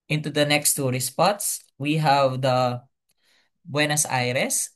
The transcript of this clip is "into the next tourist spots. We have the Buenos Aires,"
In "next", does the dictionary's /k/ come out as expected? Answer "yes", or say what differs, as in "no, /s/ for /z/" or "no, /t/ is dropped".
yes